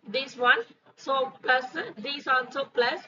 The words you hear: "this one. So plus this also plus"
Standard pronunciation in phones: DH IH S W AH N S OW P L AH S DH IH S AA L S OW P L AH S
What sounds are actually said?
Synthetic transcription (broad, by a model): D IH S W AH N S OW P L AH S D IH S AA N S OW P L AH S